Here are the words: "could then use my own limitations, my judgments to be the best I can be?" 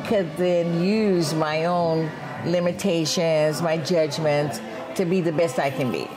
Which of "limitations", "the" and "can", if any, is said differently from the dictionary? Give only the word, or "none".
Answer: none